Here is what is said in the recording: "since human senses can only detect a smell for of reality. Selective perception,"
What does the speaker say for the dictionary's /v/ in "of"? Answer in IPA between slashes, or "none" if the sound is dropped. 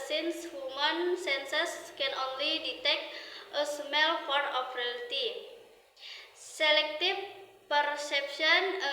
/p/